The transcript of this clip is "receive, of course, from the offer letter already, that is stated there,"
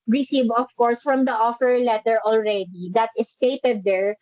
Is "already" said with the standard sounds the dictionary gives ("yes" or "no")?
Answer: yes